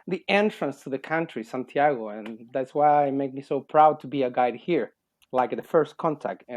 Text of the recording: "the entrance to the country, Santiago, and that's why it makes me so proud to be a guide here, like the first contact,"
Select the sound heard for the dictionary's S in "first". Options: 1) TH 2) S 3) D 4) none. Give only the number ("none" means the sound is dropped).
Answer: 2